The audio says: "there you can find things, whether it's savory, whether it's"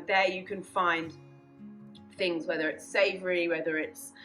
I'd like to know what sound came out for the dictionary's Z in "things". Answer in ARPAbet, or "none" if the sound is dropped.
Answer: Z